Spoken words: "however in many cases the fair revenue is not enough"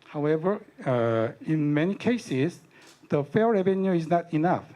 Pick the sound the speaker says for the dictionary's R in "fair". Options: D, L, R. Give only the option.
L